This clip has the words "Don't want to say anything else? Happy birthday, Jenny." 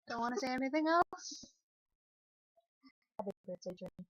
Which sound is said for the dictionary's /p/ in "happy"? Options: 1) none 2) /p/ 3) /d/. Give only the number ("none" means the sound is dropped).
1